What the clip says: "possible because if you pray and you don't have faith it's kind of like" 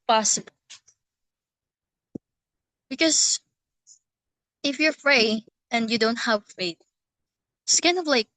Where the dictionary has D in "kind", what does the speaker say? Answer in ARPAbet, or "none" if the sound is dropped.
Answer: none